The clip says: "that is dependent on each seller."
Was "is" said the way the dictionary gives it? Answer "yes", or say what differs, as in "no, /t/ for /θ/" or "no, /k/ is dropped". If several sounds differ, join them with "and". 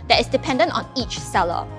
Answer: no, /s/ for /z/